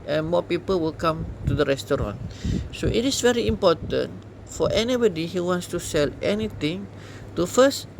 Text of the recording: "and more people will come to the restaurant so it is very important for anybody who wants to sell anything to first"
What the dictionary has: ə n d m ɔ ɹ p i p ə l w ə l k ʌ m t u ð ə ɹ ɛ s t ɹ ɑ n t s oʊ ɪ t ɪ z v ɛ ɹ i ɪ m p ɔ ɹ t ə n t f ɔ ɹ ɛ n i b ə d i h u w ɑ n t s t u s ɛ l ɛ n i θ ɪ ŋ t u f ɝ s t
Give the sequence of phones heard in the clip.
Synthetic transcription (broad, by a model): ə n m ɔ p i p ə l w ə l k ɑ m t u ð ə ɹ ɛ s t ɹ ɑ n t s oʊ ɪ t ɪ s v ɛ ɹ i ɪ m p ɔ t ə n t f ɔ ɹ ɛ n i b ə d i h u w ɑ n t s t u s ɛ l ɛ n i t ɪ ŋ t u f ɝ s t